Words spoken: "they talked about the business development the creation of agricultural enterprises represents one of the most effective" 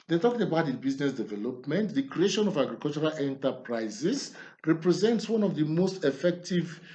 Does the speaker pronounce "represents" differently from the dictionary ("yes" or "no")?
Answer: no